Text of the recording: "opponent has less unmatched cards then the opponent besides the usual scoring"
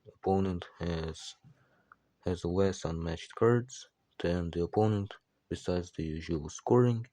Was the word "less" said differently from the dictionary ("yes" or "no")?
yes